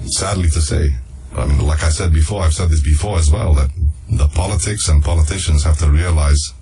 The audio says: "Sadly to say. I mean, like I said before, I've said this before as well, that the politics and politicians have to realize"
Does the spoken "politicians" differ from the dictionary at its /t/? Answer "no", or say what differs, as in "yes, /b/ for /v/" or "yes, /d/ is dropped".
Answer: no